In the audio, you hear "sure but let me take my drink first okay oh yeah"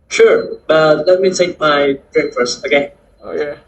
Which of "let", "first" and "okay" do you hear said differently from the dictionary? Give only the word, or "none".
first